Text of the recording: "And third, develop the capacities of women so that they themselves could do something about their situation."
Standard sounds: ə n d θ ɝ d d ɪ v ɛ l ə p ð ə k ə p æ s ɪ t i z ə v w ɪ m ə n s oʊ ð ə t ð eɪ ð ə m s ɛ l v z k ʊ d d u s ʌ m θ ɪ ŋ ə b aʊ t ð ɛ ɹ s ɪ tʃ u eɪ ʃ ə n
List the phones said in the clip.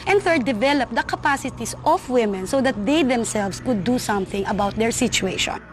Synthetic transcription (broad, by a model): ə n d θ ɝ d d ɪ v ɛ l ə p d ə k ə p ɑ s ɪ t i s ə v w ɪ m ə n s oʊ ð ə t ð eɪ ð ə m s ɛ l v s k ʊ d d u s ʌ m θ ɪ ŋ ə b aʊ t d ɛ ɹ s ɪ tʃ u eɪ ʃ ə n